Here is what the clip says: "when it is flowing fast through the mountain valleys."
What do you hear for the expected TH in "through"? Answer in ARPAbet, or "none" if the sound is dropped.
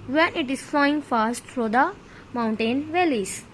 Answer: F